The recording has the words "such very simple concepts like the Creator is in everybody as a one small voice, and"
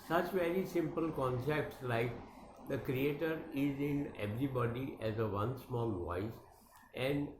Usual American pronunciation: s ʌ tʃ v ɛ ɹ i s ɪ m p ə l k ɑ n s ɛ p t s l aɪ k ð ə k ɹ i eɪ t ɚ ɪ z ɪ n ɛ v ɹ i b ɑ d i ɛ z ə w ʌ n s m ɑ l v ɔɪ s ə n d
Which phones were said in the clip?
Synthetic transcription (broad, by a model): s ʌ tʃ v ɛ ɹ i s ɪ m p ə l k ɑ n s ɛ p t s l aɪ k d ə k ɹ i eɪ t ɚ ɪ z ɪ n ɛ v ɹ i b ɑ d i ɛ z ə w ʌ n s m ɑ l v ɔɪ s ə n d